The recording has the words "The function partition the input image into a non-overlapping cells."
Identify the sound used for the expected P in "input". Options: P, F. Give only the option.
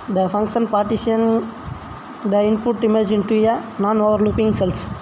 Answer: P